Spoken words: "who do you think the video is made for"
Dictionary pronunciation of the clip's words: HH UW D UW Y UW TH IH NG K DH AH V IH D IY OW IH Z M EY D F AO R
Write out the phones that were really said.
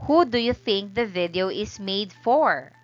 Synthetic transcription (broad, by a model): HH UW D UW Y UW TH IH NG K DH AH V IH D IY OW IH S M EY D F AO R